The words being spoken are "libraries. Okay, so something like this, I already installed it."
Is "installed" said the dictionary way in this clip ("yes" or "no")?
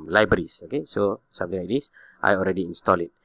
no